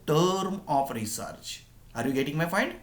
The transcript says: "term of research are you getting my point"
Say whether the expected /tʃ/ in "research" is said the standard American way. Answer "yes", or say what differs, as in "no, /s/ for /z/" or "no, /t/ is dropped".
yes